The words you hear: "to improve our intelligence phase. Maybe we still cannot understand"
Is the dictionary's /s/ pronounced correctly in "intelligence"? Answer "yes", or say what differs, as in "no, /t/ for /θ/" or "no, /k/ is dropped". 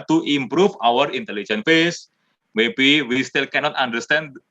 no, /s/ is dropped